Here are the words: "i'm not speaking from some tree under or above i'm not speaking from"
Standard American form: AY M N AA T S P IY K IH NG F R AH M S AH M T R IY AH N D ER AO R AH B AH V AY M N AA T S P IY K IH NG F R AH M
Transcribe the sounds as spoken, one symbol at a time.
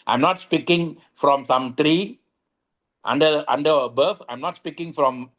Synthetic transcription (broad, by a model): AY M N AA T S P IY K IH NG F R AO M S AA M T R IY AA N D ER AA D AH B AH F AY M N AA T S P IY K IH NG F R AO M